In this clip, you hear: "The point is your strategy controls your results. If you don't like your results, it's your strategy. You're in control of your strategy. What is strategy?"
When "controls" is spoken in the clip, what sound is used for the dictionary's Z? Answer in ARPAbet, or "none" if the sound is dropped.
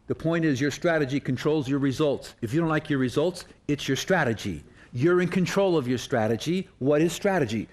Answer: Z